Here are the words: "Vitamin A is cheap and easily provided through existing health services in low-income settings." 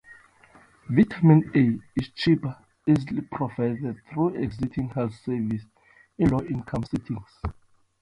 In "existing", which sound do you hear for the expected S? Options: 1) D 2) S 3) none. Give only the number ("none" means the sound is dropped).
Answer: 3